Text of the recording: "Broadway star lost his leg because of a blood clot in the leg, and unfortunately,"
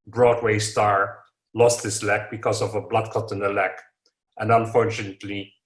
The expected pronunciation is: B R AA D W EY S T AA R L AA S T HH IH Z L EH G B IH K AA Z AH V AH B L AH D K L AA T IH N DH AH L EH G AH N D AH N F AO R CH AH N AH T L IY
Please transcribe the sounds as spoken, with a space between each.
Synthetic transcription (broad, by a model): B R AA D W EY S T AA R L AA S T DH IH S L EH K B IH K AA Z AH V AH B L AH D K AA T N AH L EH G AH N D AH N F AO R CH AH N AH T L IY